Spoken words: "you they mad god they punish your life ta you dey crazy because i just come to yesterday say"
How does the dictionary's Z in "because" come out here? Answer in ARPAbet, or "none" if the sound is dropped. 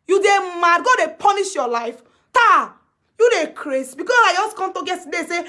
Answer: S